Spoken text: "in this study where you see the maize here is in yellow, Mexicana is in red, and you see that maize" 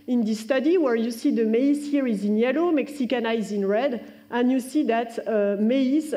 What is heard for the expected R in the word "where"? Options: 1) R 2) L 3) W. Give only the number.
1